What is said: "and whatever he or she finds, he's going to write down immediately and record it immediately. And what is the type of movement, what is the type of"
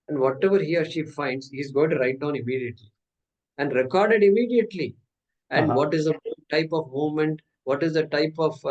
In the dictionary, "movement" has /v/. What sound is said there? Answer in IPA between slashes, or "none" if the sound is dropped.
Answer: none